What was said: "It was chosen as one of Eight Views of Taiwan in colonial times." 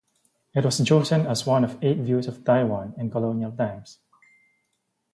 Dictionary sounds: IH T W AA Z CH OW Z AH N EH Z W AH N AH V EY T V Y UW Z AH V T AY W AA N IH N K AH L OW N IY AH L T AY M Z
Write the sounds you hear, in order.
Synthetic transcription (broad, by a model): IH T W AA S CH OW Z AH N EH S W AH N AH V EY T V Y UW S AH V T AY W AA N IH N K AH L OW N IY AH L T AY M S